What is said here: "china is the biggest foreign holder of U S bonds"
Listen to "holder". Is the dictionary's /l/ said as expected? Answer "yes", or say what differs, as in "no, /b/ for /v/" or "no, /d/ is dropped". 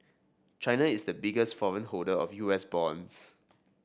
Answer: no, /l/ is dropped